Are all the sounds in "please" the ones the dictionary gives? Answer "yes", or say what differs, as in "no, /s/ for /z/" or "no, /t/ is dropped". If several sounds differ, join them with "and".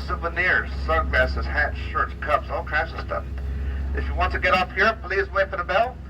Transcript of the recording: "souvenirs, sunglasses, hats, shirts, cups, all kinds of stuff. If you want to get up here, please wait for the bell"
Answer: yes